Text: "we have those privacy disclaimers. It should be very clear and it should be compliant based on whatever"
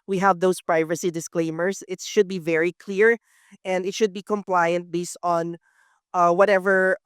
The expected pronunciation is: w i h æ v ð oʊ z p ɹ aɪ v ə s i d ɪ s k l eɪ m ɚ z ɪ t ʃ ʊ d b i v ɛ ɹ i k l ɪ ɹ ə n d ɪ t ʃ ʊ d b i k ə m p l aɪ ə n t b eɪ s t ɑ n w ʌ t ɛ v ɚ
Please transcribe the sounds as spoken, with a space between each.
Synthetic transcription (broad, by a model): w i h æ v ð oʊ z p ɹ aɪ v ə s i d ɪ s k l eɪ m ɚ s ɪ t ʃ ʊ d b i v ɛ ɹ i k l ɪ ɹ ə n d ɪ t ʃ ʊ d b i k ə m p l aɪ ə n t b eɪ s t ɑ n w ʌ t ɛ v ɚ